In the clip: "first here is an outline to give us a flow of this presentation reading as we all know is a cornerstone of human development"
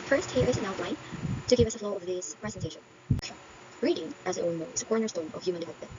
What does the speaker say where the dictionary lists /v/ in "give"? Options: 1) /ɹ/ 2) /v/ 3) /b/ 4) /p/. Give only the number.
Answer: 2